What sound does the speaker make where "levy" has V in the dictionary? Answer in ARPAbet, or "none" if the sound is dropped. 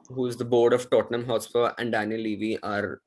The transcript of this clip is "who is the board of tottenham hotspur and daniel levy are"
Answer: V